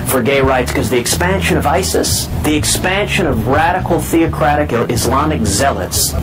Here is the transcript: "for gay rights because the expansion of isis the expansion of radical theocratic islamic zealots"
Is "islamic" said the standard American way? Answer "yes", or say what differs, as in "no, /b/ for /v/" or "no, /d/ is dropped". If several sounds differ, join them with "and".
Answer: yes